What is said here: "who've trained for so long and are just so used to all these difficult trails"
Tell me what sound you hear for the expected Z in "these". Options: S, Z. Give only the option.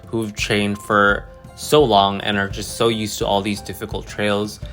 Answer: Z